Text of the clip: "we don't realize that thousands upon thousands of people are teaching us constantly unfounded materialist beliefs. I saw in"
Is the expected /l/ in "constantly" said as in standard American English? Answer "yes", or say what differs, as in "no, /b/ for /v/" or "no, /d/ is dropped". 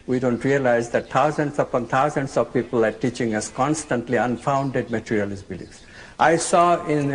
yes